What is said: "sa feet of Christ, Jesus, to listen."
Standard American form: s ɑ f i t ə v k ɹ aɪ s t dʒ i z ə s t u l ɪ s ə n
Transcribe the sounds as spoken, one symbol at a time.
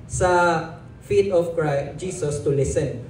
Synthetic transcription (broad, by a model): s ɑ f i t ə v k ɹ aɪ s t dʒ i s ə s t u l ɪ s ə n